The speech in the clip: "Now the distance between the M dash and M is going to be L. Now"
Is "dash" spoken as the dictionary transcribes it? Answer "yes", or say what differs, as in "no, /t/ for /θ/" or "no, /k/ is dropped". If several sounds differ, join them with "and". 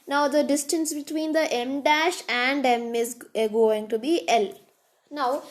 yes